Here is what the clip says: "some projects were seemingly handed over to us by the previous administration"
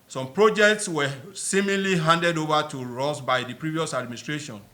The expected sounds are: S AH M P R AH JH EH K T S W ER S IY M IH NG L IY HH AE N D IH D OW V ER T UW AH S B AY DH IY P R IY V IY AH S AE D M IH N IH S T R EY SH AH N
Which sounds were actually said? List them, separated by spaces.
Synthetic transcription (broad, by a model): S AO M P R AH JH EH K T S W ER S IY M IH L IY HH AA N D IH D OW V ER T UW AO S B AY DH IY P R IY V IY AH S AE D M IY N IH S T R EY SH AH N